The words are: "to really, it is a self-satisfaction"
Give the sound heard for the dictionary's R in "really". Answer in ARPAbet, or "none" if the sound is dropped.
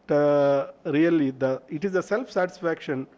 L